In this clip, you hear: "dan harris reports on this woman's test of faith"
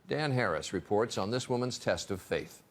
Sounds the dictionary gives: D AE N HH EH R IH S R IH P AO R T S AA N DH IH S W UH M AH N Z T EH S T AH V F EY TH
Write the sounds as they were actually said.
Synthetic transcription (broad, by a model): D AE N HH EH R IH S R IH P AO R T S N DH IH S W UH M AH N Z T EH S T AH V F EY TH